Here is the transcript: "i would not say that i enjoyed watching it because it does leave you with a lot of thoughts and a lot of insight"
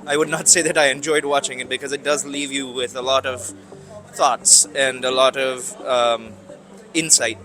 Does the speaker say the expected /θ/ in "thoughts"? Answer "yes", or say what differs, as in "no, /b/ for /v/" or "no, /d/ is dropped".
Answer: yes